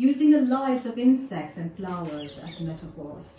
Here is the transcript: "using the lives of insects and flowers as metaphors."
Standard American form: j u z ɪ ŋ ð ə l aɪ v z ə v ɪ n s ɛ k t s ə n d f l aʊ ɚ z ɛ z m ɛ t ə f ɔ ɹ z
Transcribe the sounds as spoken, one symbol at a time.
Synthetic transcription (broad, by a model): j u z ɪ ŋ ð ə l aɪ z ə v ɪ n s ɛ k t s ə n f l aʊ ɚ z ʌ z m ɛ t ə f ɔ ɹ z